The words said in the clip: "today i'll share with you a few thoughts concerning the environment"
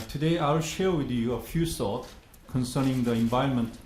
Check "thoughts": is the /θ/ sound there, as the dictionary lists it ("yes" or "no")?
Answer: no